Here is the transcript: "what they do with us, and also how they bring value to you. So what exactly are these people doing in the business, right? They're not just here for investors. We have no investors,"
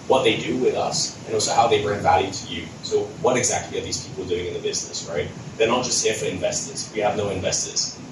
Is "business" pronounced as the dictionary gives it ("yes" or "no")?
yes